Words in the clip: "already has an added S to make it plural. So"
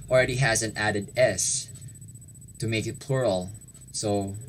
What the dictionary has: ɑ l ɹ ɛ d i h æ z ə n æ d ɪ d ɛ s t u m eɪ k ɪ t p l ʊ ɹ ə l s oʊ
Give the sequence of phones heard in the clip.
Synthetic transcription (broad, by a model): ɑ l ɹ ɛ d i h æ z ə n æ d ɪ d ɛ s t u m eɪ k ɪ t p l ʊ ɹ ə l s oʊ